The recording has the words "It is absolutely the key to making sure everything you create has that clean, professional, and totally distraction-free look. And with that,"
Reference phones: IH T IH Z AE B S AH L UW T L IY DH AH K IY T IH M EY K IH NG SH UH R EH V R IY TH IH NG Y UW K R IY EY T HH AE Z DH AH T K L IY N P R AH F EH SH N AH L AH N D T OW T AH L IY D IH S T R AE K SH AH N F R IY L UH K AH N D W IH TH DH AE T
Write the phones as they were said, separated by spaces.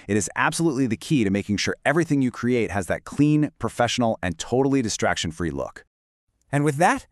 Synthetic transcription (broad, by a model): IH T IH Z AE B S AH L UW T L IY DH AH K IY T IH M EY K IH NG SH UH R EH V R IY TH IH NG Y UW K R IY EY T HH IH Z DH AH T K L IY N P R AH F EH SH N L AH N T OW T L IY D IH S T R AE K SH AH N F R IY L UH K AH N W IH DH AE T